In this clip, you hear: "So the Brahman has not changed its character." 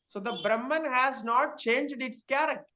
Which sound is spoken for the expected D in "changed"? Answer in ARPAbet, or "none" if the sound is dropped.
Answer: D